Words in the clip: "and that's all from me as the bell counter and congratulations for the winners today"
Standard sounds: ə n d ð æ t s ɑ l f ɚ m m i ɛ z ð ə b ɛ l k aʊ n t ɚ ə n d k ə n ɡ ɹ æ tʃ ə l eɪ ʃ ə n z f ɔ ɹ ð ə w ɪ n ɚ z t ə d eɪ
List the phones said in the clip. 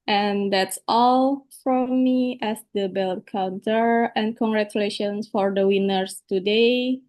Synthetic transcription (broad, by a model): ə n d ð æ t s ɑ l f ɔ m m i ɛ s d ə b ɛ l k aʊ n t ɚ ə n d k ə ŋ ɡ ɹ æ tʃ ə l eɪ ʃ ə n s f ɔ ɹ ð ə w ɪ n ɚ s t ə d eɪ